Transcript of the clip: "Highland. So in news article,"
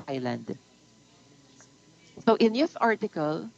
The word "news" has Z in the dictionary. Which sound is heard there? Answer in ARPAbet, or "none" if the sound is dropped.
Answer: S